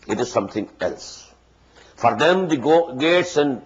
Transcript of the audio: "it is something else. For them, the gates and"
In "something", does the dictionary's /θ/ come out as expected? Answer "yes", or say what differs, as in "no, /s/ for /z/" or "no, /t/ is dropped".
no, /t/ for /θ/